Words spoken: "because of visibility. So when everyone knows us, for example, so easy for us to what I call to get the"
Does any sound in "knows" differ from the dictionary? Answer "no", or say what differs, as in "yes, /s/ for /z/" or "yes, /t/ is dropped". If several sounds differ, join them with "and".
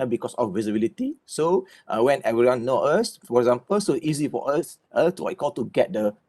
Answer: yes, /z/ is dropped